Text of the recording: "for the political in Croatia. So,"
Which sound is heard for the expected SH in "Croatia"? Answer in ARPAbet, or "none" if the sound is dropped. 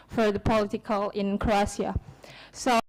S